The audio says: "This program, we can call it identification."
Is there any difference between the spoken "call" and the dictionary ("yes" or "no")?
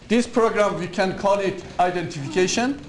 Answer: yes